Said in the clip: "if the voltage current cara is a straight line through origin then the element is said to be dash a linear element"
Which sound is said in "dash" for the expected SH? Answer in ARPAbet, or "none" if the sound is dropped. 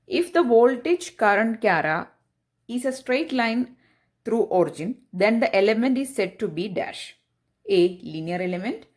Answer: SH